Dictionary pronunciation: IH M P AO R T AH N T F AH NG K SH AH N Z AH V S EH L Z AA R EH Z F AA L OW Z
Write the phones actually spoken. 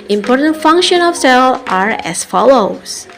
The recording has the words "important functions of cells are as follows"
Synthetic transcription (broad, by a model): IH M P AO R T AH N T F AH NG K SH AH N AH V S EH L AA R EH S F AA L OW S